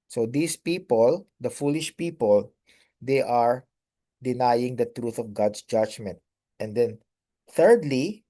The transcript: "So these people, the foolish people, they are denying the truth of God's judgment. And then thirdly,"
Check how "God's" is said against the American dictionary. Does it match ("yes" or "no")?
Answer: no